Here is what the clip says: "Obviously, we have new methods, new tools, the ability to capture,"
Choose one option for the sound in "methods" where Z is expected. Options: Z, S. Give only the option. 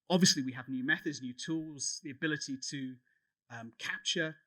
Z